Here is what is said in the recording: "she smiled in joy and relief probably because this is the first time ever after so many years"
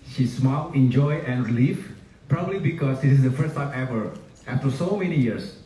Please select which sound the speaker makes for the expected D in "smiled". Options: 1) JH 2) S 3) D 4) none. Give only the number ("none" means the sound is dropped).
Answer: 4